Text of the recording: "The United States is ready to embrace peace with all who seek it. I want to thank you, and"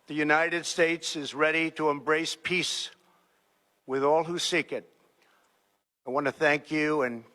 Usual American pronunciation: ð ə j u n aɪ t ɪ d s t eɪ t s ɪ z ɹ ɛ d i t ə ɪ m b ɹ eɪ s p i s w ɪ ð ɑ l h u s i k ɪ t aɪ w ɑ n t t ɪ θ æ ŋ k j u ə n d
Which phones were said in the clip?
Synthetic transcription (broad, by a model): ð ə j u n aɪ t ɪ d s t eɪ t s ɪ z ɹ ɛ d i t ə ɪ m b ɹ eɪ s p i s w ɪ ð ɑ l h u s i k ɪ t aɪ w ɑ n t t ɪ θ æ ŋ k j u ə n